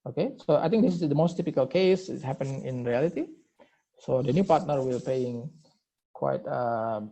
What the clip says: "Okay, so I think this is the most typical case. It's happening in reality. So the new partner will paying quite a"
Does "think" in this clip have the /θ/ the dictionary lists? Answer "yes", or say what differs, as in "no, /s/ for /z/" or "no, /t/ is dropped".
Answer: no, /t/ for /θ/